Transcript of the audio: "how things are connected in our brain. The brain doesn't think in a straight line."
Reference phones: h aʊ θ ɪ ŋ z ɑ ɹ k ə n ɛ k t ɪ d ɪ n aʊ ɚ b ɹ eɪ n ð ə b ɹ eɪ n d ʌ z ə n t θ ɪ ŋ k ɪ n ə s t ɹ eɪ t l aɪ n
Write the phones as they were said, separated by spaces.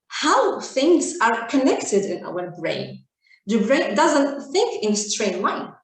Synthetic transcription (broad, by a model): h aʊ θ ɪ ŋ z ɑ ɹ k ə n ɛ k t ɪ d ɪ n aʊ ɚ b ɹ eɪ n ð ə b ɹ eɪ n d ʌ z ə n t θ ɪ ŋ k ɪ n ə s t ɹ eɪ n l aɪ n